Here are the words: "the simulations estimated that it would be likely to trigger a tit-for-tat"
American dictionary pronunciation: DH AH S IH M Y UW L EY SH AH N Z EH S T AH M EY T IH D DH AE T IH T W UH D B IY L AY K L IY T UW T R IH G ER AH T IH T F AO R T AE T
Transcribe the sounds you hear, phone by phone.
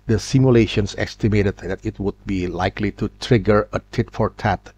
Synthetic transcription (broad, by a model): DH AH S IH M Y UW L EY SH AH N S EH S T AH M EY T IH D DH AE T IH T W UH D B IY L AY K L IY T UW T R IH G ER AH T IH T F AO R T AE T